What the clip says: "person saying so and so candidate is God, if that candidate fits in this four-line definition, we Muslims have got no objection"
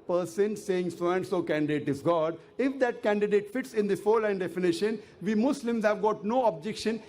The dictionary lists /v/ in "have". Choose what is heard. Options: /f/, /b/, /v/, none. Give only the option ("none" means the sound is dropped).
/v/